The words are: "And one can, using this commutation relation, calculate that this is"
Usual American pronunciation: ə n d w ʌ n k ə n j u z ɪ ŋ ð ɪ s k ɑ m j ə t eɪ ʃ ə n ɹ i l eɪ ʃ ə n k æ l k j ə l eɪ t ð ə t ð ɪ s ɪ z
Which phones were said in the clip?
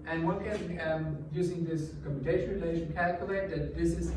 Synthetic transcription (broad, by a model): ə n w ʌ n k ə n j u z ɪ ŋ ð ɪ s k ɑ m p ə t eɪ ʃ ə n ɹ i l eɪ ʃ ə n k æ l k j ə l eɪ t ð ə t ð ɪ s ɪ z